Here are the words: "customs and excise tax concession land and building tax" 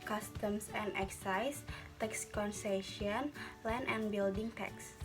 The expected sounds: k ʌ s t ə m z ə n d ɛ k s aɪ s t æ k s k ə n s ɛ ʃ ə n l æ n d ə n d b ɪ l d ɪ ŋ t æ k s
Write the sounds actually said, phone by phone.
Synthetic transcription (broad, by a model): k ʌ s t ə m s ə n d ɛ k s aɪ s t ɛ k s k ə n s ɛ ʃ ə n l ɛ n ə n b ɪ l d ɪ ŋ t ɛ k s